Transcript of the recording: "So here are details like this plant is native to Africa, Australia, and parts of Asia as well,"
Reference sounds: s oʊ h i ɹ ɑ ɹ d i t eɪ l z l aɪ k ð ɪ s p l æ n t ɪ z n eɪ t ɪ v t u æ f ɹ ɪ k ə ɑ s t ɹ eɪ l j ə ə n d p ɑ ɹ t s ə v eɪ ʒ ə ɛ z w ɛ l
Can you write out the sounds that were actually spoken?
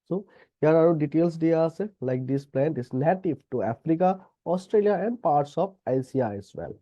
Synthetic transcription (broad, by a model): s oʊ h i ɹ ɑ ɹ d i t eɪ l s l aɪ k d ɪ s p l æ n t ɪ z n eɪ t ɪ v t u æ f ɹ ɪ k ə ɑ s t ɹ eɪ l j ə ə n d p ɑ ɹ t s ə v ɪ s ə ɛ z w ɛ l